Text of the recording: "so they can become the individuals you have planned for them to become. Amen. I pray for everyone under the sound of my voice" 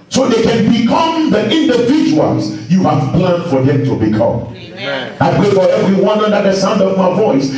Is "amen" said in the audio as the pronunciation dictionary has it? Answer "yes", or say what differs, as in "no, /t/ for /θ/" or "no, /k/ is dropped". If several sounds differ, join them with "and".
no, /m/ is dropped